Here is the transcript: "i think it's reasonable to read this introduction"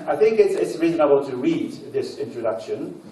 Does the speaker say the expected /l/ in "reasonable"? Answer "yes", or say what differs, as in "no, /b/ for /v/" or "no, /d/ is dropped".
no, /n/ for /l/